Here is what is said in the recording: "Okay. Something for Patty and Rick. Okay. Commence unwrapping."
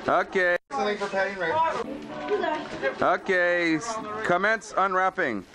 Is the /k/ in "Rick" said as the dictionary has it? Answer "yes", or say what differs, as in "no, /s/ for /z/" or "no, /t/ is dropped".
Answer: no, /k/ is dropped